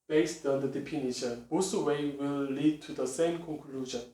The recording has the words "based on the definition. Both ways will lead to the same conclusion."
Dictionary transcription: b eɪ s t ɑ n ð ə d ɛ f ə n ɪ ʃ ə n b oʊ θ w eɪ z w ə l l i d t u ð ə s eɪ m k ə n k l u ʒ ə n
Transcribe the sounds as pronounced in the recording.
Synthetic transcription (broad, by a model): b eɪ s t ɑ n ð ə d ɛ p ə n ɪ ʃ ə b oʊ s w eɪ w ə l l i d t u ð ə s eɪ m k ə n k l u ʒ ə n